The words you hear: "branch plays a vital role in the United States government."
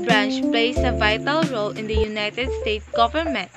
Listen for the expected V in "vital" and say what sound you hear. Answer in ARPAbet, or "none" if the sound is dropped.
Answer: V